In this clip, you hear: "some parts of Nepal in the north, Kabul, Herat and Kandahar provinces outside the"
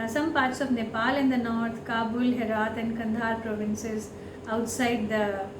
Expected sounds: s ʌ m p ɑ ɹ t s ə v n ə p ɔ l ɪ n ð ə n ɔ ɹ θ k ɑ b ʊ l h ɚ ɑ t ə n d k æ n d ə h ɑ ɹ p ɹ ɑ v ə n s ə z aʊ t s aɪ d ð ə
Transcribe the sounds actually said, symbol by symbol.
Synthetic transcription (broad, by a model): s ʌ m p ɑ ɹ t s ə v n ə p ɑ l ɪ n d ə n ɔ ɹ t k ɑ b ʊ l h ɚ ɑ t ə n d k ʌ n d ɑ ɹ p ɹ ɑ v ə n s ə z aʊ t s aɪ d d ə